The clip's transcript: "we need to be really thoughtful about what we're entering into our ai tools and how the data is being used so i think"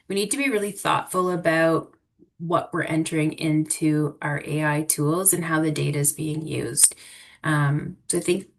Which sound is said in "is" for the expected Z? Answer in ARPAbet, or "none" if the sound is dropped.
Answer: Z